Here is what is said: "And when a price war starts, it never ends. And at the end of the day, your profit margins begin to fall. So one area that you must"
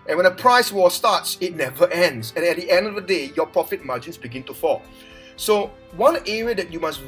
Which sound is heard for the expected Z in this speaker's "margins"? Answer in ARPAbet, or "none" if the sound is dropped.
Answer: S